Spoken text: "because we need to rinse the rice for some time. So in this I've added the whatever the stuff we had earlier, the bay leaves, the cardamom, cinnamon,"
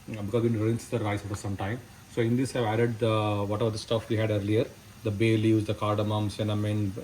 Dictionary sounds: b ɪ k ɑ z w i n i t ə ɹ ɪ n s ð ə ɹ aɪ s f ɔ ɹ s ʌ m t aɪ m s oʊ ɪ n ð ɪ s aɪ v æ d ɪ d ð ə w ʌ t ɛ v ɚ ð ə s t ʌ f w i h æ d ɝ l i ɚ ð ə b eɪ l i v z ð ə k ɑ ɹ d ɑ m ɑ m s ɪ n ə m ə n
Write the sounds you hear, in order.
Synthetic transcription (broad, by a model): b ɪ k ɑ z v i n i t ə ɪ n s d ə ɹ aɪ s f ɔ ɹ s ʌ m t aɪ m s oʊ ɪ n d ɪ s aɪ v æ d ɪ d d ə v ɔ t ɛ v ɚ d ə s t ʌ f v i h æ d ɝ l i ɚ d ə b eɪ l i z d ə k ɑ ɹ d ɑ m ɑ m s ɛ n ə m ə n